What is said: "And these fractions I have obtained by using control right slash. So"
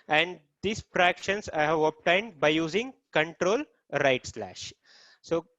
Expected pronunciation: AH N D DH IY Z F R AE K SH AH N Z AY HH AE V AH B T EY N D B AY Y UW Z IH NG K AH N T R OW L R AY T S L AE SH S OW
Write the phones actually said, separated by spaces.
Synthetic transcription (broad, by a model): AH N D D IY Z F R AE K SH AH N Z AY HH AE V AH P T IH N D B AY Y UW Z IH NG K AH N T R OW L R AY T S L AE SH S OW